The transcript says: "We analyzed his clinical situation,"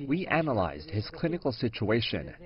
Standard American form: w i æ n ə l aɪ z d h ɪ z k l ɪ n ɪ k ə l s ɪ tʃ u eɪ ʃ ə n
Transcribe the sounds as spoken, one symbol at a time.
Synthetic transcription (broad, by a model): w i æ n ə l aɪ z d h ɪ z k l ɪ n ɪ k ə l s ɪ tʃ u eɪ ʃ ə n